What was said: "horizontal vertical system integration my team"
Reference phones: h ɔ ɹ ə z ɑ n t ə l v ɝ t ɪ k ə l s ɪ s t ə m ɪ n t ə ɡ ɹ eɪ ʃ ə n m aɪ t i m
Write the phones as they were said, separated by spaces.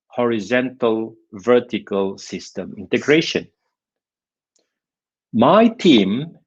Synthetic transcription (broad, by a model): h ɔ ɹ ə z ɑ n t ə l v ɝ t ɪ k ə l s ɪ s t ə m ɪ n t ə ɡ ɹ eɪ ʃ ə n m aɪ t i m